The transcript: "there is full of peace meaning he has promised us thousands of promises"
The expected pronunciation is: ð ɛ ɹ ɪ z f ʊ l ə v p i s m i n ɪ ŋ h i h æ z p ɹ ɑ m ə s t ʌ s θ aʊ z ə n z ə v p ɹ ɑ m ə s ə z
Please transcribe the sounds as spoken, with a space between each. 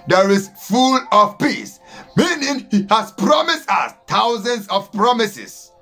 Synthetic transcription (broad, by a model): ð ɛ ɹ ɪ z f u l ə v p i s m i n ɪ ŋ h i h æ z p ɹ ɑ m ə s t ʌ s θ aʊ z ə n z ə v p ɹ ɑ m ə s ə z